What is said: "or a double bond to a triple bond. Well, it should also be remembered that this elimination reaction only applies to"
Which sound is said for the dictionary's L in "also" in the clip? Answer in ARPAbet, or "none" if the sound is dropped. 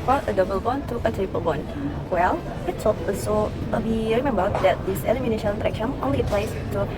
none